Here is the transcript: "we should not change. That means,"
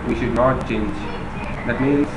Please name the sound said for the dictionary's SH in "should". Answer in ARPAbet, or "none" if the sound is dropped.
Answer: SH